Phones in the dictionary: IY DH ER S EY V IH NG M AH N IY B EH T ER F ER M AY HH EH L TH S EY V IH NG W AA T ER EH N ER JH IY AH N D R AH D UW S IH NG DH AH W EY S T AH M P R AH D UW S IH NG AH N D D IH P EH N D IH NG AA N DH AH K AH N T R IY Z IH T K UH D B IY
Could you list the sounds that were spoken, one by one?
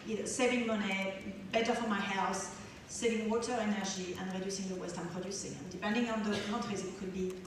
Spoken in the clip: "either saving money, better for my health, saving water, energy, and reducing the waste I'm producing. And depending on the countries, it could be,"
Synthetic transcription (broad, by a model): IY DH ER S EY V IH NG M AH N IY B EH T ER F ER M AY HH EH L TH S EY V IH NG W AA T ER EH N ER ZH IY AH N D R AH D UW S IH NG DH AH W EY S T AH M P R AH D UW S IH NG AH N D D IH P EH N D IH NG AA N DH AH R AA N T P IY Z IH T K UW D B IY